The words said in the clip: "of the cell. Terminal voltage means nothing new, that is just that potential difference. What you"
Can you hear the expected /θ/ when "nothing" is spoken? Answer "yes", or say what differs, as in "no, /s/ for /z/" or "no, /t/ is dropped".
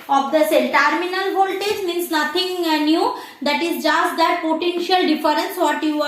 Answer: no, /t/ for /θ/